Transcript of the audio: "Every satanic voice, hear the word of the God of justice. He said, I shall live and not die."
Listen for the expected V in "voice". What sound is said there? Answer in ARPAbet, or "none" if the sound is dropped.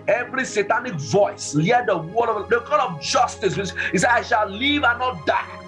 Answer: V